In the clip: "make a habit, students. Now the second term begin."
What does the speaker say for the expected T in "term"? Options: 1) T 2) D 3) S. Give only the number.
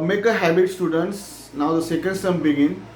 3